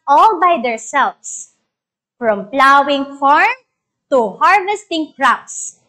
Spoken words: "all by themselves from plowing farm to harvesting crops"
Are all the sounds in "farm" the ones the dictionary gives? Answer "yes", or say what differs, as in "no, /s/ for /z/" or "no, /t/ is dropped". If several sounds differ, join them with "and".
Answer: yes